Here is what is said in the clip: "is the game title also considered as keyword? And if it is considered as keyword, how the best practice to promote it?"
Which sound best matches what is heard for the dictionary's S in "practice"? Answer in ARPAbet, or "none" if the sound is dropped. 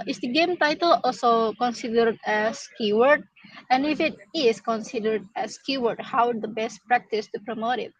S